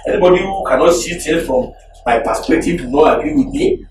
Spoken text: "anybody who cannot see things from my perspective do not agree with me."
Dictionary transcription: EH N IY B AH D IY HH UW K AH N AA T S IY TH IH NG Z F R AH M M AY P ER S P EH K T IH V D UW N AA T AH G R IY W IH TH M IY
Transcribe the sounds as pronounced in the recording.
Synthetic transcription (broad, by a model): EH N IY B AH D IY HH UW K AH N AA T S IY T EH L F R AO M M AY P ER S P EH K T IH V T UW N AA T AH G R IY W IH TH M IY